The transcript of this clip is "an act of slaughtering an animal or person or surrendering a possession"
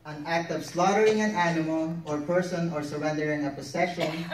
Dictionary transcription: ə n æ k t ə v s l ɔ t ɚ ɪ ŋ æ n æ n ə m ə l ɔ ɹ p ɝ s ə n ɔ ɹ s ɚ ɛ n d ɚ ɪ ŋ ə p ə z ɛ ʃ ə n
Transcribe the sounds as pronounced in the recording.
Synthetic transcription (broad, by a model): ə n æ k t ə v s l ɔ t ɚ ɪ ŋ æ n æ n ə m ə l ɔ ɹ p ɝ s ə n ɔ ɹ s ɚ ɛ n d ɚ ɪ ŋ ə p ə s ɛ ʃ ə n